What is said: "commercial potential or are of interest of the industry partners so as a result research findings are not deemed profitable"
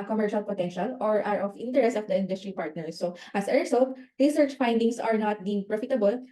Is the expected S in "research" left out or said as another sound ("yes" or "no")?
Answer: no